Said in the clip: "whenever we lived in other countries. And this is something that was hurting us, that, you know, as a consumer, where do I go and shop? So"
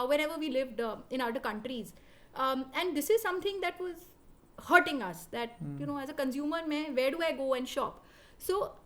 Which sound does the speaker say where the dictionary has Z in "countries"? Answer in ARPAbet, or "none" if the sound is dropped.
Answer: Z